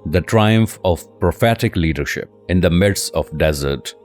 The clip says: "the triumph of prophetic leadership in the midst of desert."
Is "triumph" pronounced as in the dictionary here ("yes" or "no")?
yes